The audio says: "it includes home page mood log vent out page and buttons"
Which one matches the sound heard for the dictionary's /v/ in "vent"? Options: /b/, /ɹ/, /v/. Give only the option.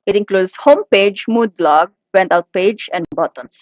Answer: /b/